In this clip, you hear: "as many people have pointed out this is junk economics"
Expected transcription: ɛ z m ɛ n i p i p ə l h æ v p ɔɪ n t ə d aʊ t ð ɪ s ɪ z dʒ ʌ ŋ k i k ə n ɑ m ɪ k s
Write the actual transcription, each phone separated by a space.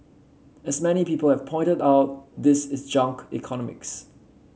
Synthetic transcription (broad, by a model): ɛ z m ɛ n i p i p ə l h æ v p ɔɪ n t ə d aʊ t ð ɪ s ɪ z dʒ ʌ ŋ k i k ə n ɑ m ɪ k s